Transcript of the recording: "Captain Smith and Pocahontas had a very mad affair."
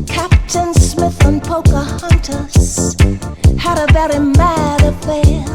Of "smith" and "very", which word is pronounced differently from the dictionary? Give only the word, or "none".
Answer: none